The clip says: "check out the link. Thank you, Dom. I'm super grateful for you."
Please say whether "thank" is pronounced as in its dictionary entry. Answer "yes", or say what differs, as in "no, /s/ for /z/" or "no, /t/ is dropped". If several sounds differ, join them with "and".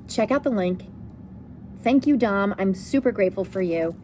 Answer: yes